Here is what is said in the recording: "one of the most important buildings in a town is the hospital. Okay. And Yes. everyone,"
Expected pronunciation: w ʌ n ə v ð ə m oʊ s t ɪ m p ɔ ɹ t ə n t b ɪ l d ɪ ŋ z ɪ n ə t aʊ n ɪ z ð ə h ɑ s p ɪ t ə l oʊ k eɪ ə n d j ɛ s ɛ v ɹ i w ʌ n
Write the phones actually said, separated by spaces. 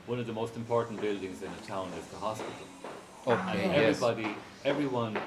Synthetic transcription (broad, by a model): w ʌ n ə v ð ə m oʊ s t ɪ m p ɔ ɹ t n b ɪ l d ɪ ŋ z ɪ n ə t aʊ n ɪ z ð ə h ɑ s p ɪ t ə l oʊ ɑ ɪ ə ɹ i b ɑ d ɛ v ɹ i w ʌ n